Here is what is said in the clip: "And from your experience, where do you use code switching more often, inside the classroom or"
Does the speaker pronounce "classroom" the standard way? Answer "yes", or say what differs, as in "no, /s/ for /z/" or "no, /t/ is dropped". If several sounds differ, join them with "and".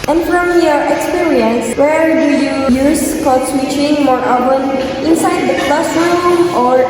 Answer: no, /ɹ/ is dropped